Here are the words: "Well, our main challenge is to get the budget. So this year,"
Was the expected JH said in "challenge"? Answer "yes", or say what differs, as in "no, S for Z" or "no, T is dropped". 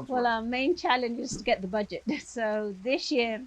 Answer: yes